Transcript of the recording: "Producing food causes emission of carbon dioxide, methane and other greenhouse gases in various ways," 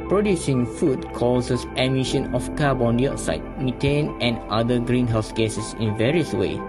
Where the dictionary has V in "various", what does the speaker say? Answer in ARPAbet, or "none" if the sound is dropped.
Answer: V